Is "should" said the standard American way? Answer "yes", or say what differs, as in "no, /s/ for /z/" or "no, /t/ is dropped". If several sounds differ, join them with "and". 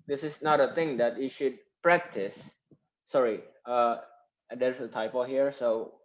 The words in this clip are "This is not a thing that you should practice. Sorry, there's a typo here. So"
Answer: yes